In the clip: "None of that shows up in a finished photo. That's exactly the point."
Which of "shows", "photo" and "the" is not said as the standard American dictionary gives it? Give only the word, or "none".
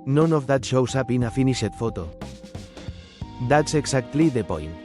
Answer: shows